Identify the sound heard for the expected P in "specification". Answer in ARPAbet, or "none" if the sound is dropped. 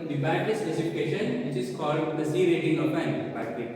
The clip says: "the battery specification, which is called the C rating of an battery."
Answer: none